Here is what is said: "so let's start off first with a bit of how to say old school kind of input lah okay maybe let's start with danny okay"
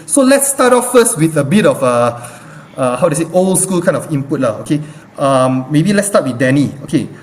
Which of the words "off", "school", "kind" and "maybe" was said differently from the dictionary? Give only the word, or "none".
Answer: kind